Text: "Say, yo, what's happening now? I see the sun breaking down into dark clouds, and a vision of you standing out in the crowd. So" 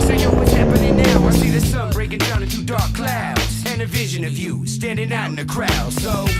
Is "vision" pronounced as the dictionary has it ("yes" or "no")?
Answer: yes